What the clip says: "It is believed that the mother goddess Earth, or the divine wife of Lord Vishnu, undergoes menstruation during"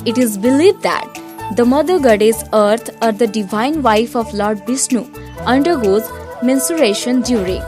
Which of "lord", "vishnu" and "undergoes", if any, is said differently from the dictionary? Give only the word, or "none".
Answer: vishnu